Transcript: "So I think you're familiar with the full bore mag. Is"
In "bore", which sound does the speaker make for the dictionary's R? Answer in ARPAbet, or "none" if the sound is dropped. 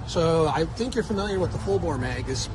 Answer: L